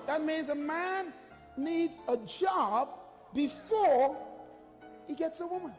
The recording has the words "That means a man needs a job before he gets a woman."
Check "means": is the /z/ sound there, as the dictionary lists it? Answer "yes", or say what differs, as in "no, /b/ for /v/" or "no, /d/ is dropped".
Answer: yes